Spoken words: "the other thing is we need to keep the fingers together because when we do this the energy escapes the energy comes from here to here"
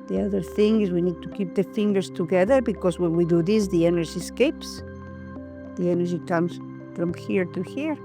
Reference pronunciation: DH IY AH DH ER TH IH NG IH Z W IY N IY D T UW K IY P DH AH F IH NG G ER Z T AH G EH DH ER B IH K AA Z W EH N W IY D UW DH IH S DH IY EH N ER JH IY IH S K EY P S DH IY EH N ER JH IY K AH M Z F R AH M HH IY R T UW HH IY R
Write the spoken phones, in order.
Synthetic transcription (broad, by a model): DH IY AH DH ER TH IH NG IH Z W IY N IY D T UW K IY P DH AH F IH NG G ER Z T AH G EH DH ER B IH K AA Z W EH N W IY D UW DH IH S DH IY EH N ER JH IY S K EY P S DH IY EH N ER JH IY K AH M S F R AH M HH IY R T UW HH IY R